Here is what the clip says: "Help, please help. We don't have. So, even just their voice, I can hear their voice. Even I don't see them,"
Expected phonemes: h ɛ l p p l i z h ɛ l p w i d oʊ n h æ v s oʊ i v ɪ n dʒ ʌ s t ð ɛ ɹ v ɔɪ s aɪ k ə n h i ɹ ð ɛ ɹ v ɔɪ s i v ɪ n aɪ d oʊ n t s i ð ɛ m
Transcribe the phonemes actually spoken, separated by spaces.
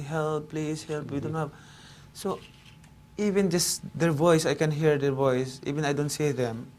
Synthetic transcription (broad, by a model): h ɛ l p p l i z h ɛ l p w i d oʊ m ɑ p s oʊ i v ɪ n dʒ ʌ s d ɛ ɹ v ɔɪ s aɪ k ə n h i ɹ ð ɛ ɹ v ɔɪ s i v ɪ n aɪ d oʊ n t s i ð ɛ m